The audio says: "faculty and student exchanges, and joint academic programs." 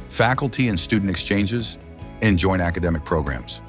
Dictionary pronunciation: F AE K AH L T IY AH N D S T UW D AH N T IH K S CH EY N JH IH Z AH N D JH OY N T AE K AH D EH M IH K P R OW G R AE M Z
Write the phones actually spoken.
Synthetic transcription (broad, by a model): F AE K L T IY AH N S T UW D N T IH K S CH EY N JH IH Z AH N JH OY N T AE K AH D EH M IH K P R OW G R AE M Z